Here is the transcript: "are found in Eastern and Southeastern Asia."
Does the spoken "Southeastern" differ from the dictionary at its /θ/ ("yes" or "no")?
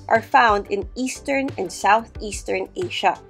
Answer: no